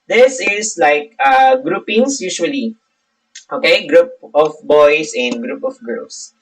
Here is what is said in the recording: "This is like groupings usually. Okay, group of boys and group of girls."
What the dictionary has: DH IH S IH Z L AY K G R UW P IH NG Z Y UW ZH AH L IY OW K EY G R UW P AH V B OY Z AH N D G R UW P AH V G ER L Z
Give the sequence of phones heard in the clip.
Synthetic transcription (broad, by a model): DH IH S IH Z L AY K G R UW P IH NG S Y UW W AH L IY OW K EY G R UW P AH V B OY S AH N D G R UW P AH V G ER L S